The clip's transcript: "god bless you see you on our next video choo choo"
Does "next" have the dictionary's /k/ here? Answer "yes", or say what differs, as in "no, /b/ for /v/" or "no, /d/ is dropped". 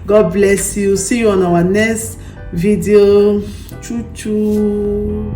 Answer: no, /k/ is dropped